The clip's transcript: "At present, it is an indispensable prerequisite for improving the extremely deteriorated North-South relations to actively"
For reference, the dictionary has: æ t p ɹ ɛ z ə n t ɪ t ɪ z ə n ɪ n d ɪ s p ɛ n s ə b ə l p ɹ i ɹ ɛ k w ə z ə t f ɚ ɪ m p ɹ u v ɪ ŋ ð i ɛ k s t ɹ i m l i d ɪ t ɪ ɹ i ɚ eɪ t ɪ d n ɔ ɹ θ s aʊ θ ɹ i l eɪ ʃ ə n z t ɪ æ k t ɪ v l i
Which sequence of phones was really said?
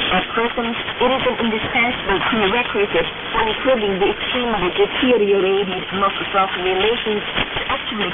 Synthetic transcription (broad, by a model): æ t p ɹ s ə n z ɪ t ɪ z ə n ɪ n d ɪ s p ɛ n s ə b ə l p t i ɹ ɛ k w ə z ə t f ɚ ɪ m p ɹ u v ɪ ŋ ð i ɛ k s t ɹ i m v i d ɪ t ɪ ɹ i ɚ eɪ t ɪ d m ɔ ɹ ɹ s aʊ t ɹ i l eɪ ʃ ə n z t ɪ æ k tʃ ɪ l i